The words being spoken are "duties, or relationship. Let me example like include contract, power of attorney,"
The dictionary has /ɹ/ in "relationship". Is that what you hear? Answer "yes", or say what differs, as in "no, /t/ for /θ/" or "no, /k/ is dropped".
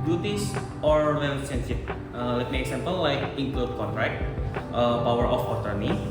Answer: no, /w/ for /ɹ/